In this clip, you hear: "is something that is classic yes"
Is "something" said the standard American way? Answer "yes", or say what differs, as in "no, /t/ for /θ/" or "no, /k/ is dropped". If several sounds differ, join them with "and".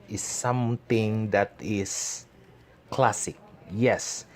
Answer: no, /t/ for /θ/